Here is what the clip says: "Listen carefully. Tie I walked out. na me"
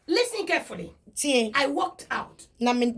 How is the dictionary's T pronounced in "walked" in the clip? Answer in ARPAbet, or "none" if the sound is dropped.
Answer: T